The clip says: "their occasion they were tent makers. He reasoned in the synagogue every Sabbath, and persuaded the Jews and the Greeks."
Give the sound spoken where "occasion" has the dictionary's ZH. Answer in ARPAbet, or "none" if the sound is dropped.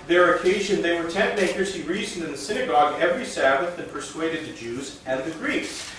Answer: ZH